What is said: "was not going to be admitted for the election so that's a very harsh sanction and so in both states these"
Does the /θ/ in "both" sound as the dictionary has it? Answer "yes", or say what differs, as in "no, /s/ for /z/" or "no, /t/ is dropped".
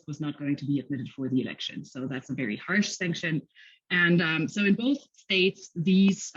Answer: yes